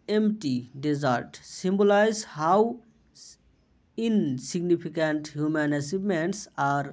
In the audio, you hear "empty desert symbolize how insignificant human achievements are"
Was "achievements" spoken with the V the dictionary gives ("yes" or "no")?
no